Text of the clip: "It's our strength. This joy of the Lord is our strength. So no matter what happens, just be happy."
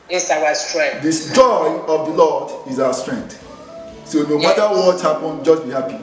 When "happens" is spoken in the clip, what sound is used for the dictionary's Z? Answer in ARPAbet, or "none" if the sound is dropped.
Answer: none